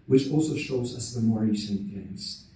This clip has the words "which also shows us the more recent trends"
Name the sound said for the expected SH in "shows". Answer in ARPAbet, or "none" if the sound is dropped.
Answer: SH